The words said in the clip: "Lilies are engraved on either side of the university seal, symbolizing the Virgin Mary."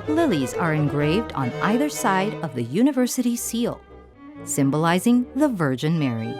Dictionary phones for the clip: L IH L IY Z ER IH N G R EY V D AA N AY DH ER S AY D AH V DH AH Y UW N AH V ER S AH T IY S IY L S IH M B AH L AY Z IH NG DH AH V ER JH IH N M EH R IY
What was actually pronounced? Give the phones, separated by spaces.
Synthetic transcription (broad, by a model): L IH L IY Z ER IH N G R EY V D N AY DH ER S AY D AH V DH AH Y UW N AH V ER S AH T IY S IY L S IH M B AH L AY Z IH NG DH AH V ER JH IH N M EH R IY